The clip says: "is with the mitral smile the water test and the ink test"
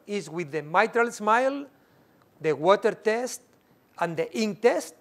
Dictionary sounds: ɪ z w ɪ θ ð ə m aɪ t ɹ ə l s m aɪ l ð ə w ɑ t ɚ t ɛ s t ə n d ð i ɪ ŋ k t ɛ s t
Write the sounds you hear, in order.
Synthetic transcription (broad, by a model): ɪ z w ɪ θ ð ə m aɪ t ɹ ə l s m aɪ l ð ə w ɑ t ɚ t ɛ s t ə n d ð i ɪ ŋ t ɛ s t